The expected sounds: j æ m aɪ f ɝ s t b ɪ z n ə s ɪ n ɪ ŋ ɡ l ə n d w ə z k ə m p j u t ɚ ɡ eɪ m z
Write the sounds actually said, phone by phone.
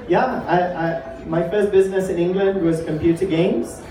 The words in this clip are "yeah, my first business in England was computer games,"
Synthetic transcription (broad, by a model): j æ m aɪ f ɝ s t b ɪ z n ə s ɪ n ɪ ŋ ɡ l ə n d w ə z k ə m p j u t ɚ ɡ eɪ m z